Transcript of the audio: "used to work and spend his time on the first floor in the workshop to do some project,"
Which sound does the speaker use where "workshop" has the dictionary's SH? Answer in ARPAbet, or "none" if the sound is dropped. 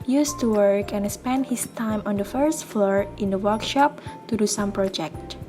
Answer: SH